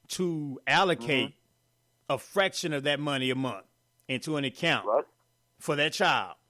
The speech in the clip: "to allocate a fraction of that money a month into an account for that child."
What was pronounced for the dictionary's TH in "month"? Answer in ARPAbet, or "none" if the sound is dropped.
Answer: TH